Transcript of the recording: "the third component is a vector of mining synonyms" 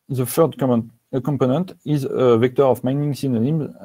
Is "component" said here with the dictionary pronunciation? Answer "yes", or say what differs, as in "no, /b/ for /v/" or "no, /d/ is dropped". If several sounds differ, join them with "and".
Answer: yes